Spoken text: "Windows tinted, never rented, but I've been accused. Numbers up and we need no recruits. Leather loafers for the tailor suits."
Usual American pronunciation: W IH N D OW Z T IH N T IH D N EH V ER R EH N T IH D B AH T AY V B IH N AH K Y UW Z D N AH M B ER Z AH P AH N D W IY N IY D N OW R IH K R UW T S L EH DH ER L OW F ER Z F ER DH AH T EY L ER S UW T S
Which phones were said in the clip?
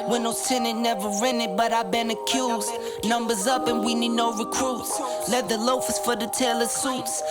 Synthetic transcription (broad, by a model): W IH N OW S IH N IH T N EH V ER R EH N IH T B AH T AY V B IH N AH K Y UW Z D N AH M B ER Z AH P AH N W IY N IY D N OW R IH K R UW T S L EH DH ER L OW F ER S F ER DH AH T EY L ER S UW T S